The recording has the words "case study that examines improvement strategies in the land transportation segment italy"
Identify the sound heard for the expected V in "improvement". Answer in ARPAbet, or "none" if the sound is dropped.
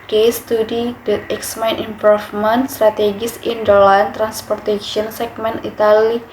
F